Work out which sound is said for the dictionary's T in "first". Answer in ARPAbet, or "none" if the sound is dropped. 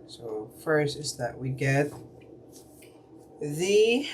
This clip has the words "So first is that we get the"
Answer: none